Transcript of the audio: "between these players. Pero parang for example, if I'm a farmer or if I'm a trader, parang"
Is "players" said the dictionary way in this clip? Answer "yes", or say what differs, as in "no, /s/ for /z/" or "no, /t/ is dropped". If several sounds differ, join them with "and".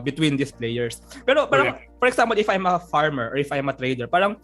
no, /s/ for /z/